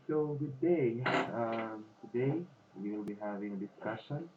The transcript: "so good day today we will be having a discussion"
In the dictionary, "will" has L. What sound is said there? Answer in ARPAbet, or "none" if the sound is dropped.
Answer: N